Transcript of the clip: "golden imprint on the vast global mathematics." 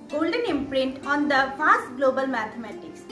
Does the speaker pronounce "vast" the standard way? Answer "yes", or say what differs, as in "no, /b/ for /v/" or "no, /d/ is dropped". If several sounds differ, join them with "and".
no, /f/ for /v/